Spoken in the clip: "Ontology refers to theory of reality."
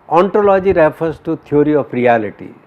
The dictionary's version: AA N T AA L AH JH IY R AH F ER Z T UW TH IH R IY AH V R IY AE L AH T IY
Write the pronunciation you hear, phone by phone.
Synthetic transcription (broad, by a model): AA N T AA L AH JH IY R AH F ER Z T UW T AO R IY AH P R IY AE L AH T IY